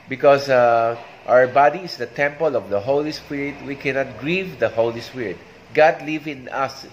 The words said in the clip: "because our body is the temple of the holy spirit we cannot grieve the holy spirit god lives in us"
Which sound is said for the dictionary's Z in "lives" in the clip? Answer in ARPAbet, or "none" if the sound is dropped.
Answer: none